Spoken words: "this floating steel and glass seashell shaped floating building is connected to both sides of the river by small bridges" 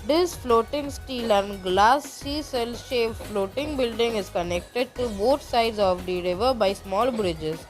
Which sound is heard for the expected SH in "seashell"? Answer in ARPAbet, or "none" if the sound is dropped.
S